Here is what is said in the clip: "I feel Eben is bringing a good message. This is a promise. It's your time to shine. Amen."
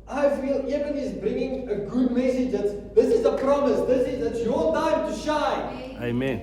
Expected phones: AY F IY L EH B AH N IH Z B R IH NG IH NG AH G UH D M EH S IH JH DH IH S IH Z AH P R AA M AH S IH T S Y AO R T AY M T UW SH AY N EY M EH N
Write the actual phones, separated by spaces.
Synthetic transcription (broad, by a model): AY F IY L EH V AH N IH Z B R IH NG IH NG AH G UH D M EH S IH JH DH IH S IH Z AH P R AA M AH S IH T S Y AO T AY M T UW SH AY EY M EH N